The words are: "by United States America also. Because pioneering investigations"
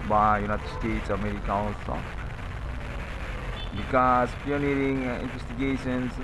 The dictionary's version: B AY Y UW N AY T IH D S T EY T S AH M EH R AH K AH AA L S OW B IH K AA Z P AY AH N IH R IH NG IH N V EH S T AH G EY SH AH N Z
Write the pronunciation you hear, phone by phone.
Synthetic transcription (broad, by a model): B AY Y UW N AY T IH D S T EY T S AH M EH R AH K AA N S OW B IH K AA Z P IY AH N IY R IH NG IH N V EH S T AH G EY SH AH N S